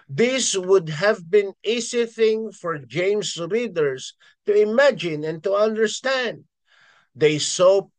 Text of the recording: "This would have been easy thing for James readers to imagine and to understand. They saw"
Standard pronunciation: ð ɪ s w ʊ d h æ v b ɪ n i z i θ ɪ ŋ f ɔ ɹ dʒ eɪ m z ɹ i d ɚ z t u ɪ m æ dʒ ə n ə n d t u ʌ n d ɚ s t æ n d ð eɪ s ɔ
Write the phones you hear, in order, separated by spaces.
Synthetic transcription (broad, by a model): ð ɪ s w ʊ d h æ v b ɪ n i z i θ ɪ ŋ f ɔ ɹ dʒ eɪ m s ɹ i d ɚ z t u ɪ m æ dʒ ə n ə n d t u ʌ n d ɚ s t æ n d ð eɪ s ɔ